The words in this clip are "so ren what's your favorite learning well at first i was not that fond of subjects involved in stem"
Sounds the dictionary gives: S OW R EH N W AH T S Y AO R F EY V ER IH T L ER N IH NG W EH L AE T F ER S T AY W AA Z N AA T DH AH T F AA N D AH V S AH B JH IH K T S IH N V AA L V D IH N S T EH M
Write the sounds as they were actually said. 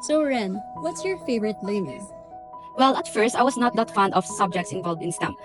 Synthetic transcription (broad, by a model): S OW R EH N W AH T S Y AO R F EY V ER IH T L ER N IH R W EH L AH T F ER S T AY W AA S N AA T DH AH T F AA N D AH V S AH B JH IH K T S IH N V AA L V D IH N S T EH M